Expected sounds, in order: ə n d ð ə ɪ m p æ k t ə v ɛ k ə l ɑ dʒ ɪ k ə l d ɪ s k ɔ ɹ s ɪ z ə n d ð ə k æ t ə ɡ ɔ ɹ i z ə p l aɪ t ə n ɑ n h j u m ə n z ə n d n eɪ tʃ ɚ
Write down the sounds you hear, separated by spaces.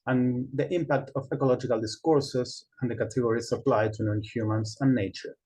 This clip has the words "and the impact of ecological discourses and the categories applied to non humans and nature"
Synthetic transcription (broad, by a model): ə n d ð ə ɪ m p æ k t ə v ɛ k ə l ɑ dʒ ɪ k ə l d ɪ s k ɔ ɹ s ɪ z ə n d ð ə k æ t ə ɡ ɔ ɹ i s ə p l aɪ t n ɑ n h j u m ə n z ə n n eɪ tʃ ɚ